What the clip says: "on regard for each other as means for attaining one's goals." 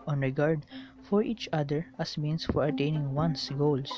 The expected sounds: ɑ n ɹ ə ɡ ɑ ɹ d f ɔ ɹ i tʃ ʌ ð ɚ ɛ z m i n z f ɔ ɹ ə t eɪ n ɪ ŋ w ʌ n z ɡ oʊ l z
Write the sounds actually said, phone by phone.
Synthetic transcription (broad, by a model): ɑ n ɹ ə ɡ ɑ ɹ d f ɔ ɹ i tʃ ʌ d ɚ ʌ s m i n s f ɔ ɹ ə t eɪ n ɪ ŋ w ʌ n s ɡ oʊ l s